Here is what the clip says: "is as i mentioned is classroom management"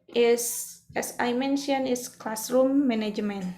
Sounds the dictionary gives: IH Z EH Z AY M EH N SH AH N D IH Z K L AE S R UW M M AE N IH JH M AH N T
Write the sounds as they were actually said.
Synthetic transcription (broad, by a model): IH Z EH S AY M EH N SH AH N IH S K L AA S R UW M M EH N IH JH M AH N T